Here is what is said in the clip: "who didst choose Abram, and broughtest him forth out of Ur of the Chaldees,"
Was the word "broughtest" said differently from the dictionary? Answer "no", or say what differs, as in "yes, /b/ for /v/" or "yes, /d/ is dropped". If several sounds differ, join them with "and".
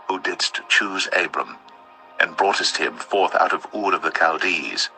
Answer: no